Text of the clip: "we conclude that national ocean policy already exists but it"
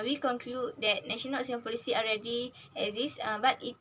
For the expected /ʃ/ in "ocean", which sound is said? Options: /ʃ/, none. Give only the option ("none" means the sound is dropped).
none